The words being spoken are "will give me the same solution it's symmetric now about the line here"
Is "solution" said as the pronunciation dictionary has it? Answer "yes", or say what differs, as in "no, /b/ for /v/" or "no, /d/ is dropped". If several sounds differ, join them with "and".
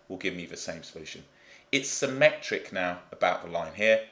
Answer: yes